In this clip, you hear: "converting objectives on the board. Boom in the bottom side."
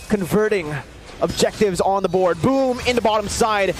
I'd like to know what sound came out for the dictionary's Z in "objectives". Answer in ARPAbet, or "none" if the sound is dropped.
Z